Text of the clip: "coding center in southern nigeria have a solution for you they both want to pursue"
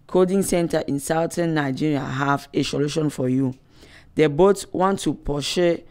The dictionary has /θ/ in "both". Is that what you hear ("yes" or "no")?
no